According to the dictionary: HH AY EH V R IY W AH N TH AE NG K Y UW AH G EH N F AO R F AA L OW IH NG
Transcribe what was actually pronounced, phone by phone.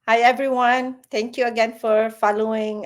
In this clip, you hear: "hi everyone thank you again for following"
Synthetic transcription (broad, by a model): HH AY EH V R IY W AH N T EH NG K Y UW AH G EH N F AO R F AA L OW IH NG